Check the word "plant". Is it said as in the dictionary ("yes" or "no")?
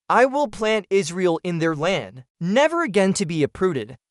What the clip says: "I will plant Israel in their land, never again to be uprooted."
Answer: yes